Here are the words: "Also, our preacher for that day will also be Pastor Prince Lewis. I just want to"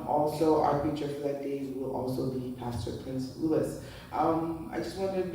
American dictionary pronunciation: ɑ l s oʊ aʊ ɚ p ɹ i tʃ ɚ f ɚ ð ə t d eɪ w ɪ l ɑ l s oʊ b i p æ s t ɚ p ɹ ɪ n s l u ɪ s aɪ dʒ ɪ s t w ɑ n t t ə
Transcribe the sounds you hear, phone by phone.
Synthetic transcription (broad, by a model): ɑ l s oʊ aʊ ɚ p i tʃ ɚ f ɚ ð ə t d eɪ w ɪ l ɑ l s oʊ b i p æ s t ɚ p ɹ ɪ n s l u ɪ s aɪ dʒ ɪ s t w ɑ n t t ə